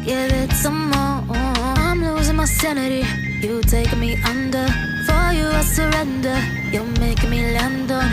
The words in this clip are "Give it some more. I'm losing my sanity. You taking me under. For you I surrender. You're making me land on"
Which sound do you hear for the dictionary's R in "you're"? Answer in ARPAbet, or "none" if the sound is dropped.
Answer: L